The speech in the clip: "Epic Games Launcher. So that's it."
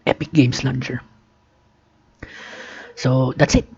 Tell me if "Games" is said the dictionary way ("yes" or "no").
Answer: no